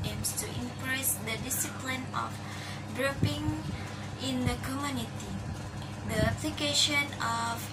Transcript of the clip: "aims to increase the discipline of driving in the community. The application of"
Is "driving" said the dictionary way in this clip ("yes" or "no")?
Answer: no